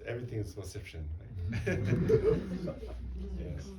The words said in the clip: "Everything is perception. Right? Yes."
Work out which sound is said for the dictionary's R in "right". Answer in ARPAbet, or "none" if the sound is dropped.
L